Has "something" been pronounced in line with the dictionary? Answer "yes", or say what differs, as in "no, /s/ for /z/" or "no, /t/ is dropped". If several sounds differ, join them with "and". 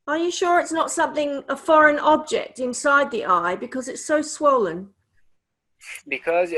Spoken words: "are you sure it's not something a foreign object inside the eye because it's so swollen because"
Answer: yes